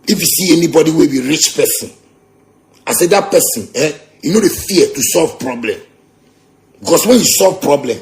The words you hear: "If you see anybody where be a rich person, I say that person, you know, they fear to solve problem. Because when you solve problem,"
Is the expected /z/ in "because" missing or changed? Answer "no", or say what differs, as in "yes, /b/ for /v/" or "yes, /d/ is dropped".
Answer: yes, /s/ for /z/